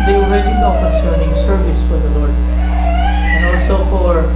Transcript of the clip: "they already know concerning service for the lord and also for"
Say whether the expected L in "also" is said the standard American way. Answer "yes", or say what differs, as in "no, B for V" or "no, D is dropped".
no, L is dropped